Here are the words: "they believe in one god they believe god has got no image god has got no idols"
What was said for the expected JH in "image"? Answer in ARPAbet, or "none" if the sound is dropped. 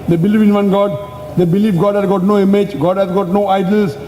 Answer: JH